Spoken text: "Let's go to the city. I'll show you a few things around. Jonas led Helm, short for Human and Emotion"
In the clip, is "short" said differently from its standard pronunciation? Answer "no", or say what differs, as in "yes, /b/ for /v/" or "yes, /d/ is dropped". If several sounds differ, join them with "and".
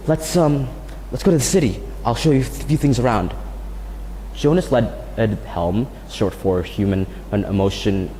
yes, /s/ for /ʃ/